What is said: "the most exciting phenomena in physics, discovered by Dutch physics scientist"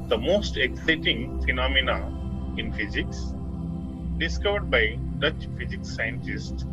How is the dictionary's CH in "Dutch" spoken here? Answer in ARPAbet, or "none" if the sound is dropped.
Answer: CH